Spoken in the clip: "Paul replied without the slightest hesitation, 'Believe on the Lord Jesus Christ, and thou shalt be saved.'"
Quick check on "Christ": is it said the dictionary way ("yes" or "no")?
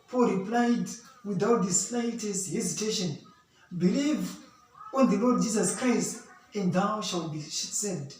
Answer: yes